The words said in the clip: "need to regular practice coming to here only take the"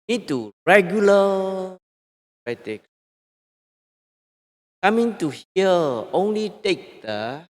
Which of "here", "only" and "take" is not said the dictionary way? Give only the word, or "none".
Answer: here